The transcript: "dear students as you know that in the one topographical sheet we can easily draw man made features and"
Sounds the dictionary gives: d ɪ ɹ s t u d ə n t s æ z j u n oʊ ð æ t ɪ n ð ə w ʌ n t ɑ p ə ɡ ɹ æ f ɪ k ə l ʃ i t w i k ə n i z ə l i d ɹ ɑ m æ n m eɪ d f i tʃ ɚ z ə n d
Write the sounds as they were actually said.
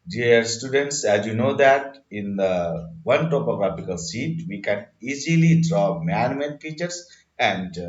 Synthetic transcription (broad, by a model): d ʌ ɹ s t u d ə n t s æ z j u n oʊ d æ t ɪ n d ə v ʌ n t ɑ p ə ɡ ɹ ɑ p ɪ k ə l s i t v i k ə n i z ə l i d ɹ ɑ m æ n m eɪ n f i tʃ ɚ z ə n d